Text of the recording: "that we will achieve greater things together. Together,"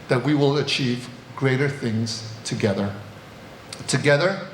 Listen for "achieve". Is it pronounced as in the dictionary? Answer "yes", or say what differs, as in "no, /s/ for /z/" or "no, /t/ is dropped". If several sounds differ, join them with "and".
yes